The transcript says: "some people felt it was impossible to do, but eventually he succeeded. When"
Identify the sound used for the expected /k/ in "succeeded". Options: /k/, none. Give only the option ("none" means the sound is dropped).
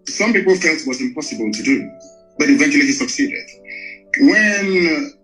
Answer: /k/